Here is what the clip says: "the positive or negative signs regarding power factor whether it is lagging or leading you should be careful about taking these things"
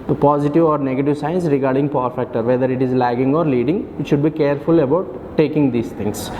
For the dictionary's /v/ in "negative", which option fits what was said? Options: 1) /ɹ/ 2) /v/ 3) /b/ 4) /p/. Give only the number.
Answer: 2